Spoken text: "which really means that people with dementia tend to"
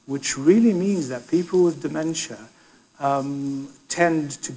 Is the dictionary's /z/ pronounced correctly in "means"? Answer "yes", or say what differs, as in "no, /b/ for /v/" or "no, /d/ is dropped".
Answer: yes